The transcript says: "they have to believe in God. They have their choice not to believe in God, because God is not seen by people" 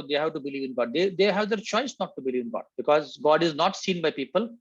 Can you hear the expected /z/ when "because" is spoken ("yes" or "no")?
yes